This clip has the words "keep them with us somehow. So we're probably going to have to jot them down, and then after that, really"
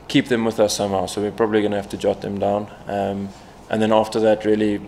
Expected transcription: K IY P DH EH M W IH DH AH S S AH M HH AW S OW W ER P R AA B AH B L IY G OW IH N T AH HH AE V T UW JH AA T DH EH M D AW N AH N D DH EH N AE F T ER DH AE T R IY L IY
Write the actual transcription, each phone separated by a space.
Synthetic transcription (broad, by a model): K IY P DH EH M W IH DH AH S S AH M HH AW S OW W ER P R AA B AH B L IY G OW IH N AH HH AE F T UW JH AA T DH EH M D AW N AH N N DH EH N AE F T ER DH AE T R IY L IY